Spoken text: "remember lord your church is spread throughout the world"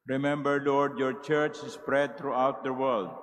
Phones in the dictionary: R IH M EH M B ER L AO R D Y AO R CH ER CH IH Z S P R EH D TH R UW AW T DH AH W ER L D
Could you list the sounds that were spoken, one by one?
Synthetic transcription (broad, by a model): R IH M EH M B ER L AO R D Y AO R CH ER CH S P R EH D T R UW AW T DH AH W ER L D